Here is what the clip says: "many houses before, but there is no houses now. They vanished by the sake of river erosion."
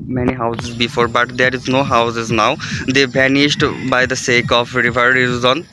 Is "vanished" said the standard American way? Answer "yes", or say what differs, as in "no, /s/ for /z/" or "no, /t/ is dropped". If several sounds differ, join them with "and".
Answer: no, /b/ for /v/